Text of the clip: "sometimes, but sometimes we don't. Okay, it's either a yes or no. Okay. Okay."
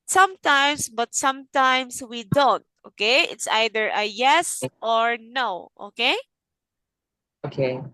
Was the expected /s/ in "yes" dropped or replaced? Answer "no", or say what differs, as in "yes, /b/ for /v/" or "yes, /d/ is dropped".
no